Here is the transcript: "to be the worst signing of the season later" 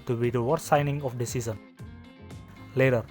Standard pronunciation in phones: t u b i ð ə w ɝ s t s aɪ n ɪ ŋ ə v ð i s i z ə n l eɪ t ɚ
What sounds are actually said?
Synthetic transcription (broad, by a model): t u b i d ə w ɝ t s aɪ n ɪ ŋ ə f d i s i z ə n l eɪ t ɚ